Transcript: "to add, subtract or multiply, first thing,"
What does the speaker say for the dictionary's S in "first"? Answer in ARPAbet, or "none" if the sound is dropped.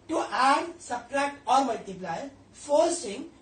none